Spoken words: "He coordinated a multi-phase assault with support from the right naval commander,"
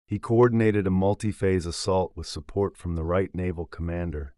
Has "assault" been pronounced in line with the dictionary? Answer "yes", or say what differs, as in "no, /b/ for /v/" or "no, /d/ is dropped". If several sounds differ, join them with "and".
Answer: yes